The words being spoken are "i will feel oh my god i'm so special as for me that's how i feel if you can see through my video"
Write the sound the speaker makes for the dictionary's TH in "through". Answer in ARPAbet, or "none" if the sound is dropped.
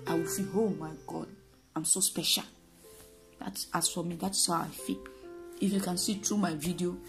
T